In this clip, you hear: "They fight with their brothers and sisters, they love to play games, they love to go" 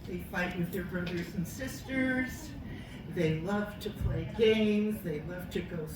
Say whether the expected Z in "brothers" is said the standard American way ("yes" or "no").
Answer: yes